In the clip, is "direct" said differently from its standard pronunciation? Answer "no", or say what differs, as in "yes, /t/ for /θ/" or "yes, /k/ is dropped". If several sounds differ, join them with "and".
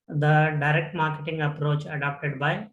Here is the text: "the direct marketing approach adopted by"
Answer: no